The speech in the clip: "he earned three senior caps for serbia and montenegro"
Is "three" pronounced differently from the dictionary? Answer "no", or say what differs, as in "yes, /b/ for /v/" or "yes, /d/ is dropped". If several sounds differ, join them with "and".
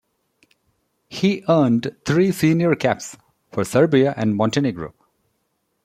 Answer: yes, /t/ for /θ/